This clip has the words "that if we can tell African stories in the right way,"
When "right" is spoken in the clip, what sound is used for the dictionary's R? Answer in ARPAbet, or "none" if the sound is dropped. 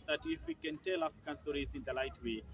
L